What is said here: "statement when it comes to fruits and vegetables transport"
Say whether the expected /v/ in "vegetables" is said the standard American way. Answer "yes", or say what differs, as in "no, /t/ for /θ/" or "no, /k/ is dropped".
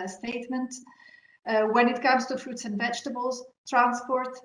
yes